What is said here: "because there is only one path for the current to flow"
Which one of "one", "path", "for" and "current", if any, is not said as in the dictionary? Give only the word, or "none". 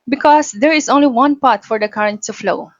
path